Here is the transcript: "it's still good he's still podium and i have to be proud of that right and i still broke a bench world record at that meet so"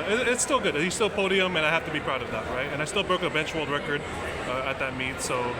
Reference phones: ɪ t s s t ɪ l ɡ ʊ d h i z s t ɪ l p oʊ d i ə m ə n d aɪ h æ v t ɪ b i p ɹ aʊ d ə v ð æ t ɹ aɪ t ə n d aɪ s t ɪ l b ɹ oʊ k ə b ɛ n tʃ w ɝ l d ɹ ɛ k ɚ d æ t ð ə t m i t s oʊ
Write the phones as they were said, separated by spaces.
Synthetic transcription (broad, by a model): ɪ t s s t ɪ l ɡ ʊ d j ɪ s t ɪ l p oʊ d i ə m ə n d aɪ h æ f t ɪ b i p ɹ aʊ d ə v ð æ t ɹ aɪ t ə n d aɪ s t ɪ l b ɹ oʊ k ə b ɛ n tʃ w ɝ l d ɹ ɛ k ɚ d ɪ t ð ə t m i t s oʊ